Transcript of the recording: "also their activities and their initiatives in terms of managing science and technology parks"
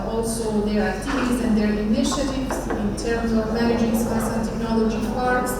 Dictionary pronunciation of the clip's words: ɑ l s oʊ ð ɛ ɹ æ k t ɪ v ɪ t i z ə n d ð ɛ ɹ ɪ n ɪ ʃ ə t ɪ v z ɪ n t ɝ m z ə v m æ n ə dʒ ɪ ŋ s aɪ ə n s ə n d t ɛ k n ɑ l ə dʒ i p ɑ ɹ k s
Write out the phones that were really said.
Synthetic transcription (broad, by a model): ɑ l s oʊ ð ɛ ɹ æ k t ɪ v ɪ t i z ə n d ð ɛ ɹ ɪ n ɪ ʃ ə t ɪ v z ɪ n t ɝ m z ə v m æ n ə dʒ ɪ ŋ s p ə s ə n t ɛ k n ɑ l ə dʒ i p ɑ ɹ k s